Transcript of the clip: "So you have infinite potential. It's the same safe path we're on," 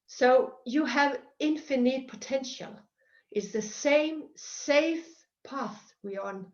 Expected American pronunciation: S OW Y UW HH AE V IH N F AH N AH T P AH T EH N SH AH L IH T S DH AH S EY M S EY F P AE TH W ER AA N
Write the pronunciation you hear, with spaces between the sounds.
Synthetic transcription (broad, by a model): S OW Y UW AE V IH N F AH N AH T P AH T EH N SH AH L IH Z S DH AH S EY M S EY F P AE TH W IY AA N